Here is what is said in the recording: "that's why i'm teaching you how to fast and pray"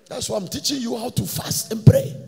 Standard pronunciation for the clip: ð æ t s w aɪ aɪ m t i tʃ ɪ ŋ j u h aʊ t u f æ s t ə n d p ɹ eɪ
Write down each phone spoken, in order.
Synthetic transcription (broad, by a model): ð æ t s w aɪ aɪ m t i tʃ ɪ ŋ j u h aʊ t u f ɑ s t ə n p ɹ eɪ